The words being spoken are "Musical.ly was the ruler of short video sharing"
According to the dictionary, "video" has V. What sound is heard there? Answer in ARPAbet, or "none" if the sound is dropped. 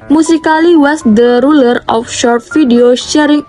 F